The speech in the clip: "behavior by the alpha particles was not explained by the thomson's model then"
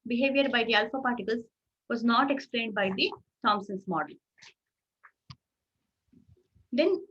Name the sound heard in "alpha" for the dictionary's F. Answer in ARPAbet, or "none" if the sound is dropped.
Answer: F